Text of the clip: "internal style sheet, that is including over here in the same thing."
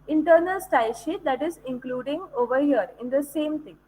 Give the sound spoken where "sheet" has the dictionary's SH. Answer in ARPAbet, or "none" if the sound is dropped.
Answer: SH